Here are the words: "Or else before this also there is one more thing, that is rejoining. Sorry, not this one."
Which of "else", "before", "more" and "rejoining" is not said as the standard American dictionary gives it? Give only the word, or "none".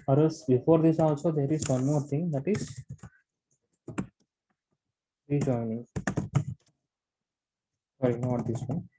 else